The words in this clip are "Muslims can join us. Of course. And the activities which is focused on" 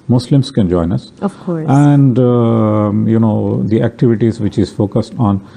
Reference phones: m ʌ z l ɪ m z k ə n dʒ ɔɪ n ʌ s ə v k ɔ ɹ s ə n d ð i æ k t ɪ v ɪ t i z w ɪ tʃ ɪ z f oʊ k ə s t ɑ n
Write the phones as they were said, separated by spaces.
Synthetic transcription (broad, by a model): m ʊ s l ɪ m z k ə n dʒ ɔɪ n ʌ s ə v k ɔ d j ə n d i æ k t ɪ v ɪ t i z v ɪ tʃ ɪ z f oʊ k ə s t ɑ n